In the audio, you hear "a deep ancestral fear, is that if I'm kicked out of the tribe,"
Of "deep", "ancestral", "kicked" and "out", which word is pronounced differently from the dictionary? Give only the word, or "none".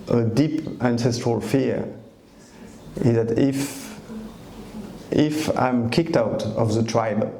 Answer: none